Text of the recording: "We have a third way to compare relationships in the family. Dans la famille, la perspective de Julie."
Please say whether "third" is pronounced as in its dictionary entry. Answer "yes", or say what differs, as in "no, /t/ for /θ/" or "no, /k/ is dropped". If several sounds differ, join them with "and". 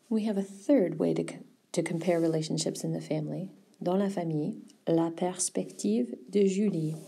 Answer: yes